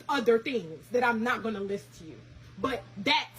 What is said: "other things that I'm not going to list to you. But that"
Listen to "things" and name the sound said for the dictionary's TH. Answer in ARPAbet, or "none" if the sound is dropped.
TH